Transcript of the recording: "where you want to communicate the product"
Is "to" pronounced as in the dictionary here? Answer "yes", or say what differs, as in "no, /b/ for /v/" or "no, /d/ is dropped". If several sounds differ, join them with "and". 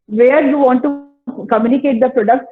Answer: yes